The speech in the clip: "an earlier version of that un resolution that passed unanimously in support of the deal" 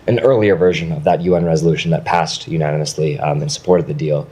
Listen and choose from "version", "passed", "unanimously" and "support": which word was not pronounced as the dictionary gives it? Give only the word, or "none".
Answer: none